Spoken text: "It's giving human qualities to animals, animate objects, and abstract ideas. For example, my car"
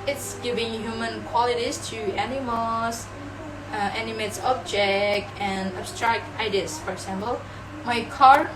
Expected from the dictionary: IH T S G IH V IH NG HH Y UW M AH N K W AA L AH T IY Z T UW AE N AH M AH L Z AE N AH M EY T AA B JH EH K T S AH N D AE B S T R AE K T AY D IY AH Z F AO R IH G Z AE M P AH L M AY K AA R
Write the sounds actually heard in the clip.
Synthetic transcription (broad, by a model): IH T S G IH V IH NG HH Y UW M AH N K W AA L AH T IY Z T UW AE N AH M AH L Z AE N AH M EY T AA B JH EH K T AH N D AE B S T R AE K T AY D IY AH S F AO R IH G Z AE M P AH L M AY K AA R